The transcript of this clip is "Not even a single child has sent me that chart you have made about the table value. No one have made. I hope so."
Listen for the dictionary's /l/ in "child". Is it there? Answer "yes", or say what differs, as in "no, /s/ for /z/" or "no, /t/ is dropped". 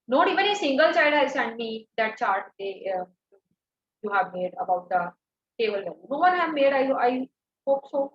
no, /l/ is dropped